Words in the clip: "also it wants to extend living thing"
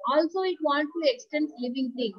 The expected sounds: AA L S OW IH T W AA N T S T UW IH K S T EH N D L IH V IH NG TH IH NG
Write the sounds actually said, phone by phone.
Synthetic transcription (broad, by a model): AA L S OW IH T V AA N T T UW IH K S T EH N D L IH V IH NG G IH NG